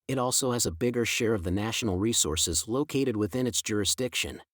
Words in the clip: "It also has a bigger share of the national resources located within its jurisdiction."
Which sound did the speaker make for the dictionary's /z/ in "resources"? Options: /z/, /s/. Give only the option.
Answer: /z/